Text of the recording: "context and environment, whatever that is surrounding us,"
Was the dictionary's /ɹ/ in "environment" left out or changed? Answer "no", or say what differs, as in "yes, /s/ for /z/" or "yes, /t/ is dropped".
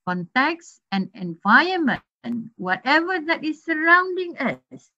yes, /ɹ/ is dropped